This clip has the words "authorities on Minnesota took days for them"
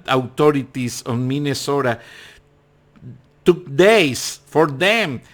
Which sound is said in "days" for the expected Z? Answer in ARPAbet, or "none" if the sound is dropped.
S